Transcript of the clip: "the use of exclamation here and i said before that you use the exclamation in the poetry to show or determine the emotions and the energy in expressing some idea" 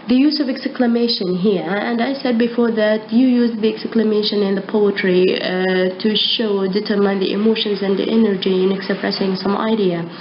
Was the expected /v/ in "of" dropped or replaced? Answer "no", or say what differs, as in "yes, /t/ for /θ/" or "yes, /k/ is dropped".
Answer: no